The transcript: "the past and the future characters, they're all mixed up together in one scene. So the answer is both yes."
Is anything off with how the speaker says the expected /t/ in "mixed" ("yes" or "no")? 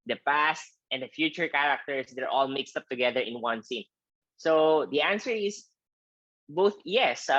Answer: no